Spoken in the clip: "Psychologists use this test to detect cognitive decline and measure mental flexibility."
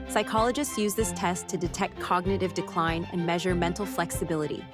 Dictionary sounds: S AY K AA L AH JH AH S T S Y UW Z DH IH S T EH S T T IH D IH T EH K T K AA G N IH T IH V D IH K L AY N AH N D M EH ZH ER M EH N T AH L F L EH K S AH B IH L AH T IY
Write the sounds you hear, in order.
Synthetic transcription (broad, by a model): S AY K AA L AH JH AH S T S Y UW Z DH IH S T EH S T T IH D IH T EH K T K AA G N IH T IH V D IH K L AY N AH N M EH ZH ER M EH N T L F L EH K S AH B IH L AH T IY